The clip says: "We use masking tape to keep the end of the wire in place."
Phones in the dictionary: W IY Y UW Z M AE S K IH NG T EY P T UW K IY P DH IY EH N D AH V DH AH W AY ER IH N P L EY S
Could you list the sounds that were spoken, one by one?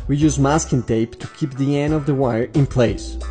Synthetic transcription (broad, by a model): W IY Y UW Z M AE S K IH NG T EY P T UW K IY P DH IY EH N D AH V DH AH W AY ER IH N P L EY S